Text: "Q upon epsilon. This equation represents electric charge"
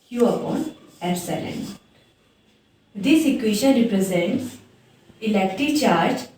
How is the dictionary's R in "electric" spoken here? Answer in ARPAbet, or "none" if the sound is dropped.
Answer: none